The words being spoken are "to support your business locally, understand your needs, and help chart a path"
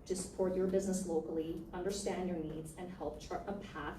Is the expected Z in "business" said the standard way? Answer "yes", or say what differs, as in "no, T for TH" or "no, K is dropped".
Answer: yes